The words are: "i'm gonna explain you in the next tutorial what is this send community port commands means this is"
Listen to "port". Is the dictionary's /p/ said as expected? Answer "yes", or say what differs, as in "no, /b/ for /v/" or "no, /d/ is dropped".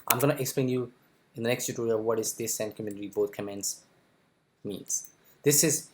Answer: no, /b/ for /p/